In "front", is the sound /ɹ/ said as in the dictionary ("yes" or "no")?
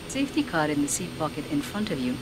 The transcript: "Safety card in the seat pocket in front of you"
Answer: yes